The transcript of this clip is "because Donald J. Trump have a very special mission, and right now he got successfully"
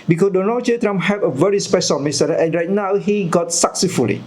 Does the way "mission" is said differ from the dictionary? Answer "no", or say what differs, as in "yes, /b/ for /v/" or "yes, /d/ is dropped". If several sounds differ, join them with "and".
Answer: yes, /s/ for /ʃ/